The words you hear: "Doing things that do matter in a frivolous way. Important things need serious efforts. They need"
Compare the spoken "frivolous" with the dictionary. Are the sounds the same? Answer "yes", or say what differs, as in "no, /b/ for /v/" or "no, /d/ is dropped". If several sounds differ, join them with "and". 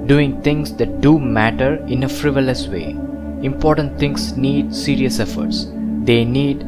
yes